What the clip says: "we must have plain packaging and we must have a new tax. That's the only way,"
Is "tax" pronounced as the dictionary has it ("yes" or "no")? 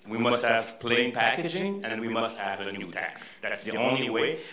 yes